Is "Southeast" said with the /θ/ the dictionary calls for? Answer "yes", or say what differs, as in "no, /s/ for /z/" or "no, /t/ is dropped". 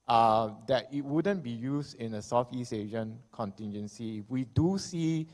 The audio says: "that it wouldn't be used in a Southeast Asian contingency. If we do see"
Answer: no, /f/ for /θ/